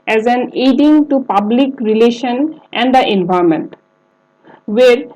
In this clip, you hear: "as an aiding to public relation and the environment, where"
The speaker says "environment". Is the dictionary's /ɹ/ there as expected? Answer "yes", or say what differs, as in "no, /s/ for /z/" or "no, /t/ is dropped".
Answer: no, /ɹ/ is dropped